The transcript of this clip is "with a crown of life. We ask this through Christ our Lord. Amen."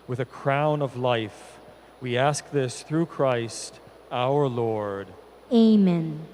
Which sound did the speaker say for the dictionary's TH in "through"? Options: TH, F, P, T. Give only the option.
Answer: TH